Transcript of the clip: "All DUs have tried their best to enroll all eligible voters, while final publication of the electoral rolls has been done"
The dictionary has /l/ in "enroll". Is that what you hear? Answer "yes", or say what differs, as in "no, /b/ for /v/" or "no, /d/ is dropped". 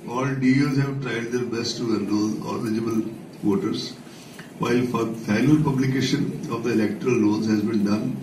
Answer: no, /n/ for /l/